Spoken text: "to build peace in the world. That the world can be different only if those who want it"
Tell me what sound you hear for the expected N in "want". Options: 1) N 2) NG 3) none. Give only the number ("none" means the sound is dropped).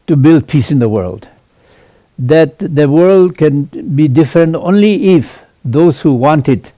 1